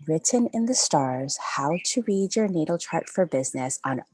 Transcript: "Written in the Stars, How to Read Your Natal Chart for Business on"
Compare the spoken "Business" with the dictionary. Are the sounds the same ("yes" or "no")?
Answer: yes